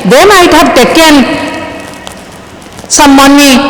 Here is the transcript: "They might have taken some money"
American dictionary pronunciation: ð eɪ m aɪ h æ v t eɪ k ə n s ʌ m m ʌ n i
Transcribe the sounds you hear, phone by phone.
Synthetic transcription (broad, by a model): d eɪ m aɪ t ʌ p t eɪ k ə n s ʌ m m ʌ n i